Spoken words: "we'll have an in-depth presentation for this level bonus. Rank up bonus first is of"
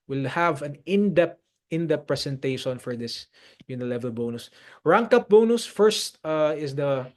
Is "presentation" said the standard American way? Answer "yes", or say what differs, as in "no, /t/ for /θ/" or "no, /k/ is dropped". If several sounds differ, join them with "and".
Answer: no, /s/ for /z/